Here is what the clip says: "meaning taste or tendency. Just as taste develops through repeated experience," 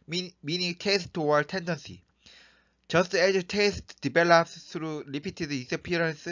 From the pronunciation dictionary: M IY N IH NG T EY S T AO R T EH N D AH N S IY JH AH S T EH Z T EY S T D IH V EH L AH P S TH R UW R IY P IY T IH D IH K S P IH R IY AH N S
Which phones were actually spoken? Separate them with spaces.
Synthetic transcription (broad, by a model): M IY N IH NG T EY S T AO W T EH N D AH N S IY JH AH S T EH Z T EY S T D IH B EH L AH P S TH R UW L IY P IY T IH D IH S P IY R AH N S